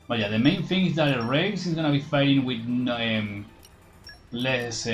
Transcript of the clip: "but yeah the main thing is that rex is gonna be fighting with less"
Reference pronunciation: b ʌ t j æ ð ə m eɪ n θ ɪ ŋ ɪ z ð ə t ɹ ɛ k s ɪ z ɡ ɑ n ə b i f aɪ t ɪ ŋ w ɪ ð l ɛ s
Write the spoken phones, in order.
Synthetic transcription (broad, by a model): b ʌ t j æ ð ə m eɪ n θ ɪ ŋ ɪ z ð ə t ɹ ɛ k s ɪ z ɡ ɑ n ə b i f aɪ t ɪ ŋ w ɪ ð l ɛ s